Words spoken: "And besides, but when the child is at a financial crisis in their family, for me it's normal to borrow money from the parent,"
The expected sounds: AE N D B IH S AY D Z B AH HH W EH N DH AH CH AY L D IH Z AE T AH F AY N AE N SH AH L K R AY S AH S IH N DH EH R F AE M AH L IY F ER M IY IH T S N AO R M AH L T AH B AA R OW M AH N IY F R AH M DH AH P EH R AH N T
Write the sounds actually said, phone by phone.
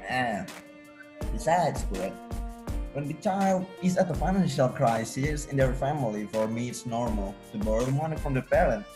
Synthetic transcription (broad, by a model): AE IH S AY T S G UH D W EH N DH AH CH AY L D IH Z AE T AH F AY N AE N SH AH L K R AY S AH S IH N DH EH R F AE M AH L IY F ER M IY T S N AO R M AH L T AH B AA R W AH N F R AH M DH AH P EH R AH N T